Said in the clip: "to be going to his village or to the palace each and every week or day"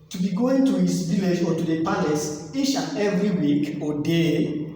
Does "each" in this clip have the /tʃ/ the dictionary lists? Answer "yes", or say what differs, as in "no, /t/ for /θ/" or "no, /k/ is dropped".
no, /ʃ/ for /tʃ/